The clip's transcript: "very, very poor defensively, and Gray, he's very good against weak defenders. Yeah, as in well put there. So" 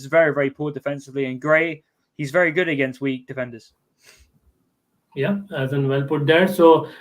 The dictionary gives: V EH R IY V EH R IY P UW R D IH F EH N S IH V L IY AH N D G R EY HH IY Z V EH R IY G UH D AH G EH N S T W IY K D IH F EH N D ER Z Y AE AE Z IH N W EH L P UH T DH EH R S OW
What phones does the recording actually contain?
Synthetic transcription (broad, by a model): V EH R IY V EH R IY P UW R D IH F EH N S IH V L IY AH N G R EY HH IY Z V EH R IY G UH D AH G EH N S T W IY K D IH F EH N D ER Z Y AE AE Z IH N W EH L P UH T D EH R S OW